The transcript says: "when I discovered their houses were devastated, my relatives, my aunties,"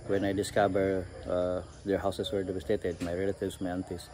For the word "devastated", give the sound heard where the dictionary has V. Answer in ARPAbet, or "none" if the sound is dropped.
B